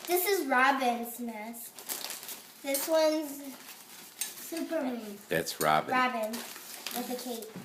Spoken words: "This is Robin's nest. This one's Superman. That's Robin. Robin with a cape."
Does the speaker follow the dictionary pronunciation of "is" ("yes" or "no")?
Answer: yes